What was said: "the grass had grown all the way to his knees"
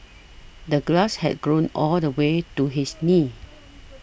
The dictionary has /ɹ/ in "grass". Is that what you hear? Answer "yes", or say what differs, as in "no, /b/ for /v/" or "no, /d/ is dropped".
no, /l/ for /ɹ/